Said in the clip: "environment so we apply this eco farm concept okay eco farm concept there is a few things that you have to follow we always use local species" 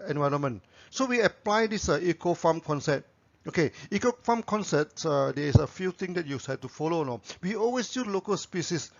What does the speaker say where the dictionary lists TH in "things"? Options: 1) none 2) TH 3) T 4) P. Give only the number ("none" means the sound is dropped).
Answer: 3